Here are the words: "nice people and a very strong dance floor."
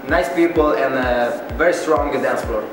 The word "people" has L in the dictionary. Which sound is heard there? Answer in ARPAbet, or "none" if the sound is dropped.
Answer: L